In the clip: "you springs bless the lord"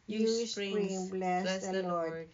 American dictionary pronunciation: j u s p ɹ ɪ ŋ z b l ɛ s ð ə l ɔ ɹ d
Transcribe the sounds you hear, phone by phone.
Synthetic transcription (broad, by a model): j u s ɹ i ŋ b l ɛ s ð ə l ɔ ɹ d